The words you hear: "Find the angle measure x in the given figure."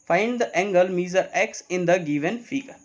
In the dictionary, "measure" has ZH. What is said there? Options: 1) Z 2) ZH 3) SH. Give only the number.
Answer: 1